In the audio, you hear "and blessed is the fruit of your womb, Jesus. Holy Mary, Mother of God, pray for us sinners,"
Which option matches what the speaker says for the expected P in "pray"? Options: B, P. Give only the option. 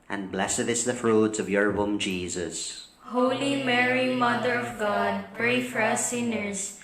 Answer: P